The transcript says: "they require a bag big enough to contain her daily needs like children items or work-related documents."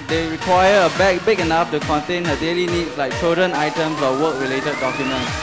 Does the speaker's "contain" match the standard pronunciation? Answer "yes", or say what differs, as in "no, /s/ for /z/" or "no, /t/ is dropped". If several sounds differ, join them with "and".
yes